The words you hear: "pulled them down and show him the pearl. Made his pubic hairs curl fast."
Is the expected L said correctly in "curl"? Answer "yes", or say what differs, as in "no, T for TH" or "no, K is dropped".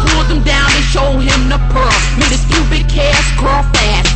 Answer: yes